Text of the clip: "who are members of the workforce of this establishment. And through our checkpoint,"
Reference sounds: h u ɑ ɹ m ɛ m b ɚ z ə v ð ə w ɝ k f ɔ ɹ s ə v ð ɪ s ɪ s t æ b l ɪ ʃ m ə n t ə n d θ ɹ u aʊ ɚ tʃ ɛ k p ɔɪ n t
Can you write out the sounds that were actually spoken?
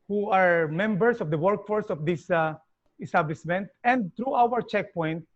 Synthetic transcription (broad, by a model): h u ɑ ɹ m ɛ m b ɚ s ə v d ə w ɝ k f ɔ ɹ s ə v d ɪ s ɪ s t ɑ b l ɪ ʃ m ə n t ə n d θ ɹ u aʊ ɚ tʃ ɛ k p ɔɪ n t